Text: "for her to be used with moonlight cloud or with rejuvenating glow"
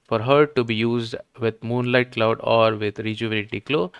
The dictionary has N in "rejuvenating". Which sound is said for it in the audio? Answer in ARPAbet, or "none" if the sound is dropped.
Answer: L